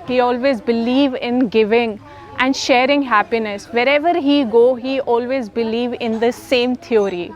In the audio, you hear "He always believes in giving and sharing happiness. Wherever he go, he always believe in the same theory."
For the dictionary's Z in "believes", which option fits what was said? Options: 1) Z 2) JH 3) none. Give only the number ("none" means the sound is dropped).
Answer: 3